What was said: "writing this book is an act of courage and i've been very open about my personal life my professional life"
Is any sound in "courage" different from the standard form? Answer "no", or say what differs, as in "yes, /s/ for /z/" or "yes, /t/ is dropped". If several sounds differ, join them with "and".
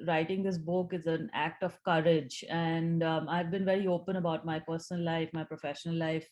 no